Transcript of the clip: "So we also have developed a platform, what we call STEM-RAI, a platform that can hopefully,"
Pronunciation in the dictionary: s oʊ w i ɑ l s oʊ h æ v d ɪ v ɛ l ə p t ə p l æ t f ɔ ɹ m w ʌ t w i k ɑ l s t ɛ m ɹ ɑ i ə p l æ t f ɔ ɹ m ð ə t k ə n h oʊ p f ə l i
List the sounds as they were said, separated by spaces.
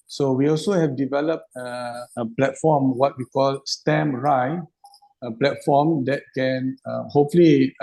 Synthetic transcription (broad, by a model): s oʊ w i ɑ l s oʊ h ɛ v d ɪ v ɛ l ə p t ə p l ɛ t f ɔ m w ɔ t w i k ɑ l s t ɛ m ɹ ɑ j ə p l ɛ t f ɔ m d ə t k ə n h oʊ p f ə l i